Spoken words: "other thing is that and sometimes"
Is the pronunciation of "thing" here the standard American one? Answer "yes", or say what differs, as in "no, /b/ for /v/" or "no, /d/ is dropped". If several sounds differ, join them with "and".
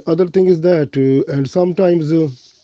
no, /t/ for /θ/